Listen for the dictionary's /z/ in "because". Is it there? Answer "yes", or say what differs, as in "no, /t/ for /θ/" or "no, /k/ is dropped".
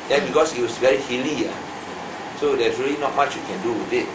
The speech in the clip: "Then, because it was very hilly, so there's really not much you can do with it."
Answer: no, /s/ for /z/